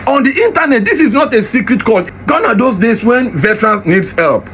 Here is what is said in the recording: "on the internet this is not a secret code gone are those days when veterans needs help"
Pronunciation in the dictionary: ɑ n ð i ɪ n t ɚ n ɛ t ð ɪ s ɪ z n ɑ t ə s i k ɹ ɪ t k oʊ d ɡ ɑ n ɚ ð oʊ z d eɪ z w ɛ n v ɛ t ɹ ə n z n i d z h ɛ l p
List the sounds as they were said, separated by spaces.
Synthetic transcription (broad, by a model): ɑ n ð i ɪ n t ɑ n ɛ t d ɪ s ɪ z n ɑ t ə s i k ɹ ɪ t k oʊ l ɡ ɑ n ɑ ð oʊ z d eɪ s w ɛ n v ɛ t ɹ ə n s n i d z h ɛ l p